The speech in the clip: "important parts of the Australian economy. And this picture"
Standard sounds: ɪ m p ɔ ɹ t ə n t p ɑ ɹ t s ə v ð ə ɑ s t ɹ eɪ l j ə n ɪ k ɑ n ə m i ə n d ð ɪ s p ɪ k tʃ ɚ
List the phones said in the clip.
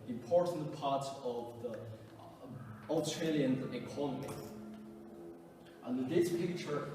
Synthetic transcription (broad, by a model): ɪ m p ɔ ɹ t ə n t p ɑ ɹ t ə v ð ə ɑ s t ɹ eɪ l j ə n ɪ k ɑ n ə m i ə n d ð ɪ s p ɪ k tʃ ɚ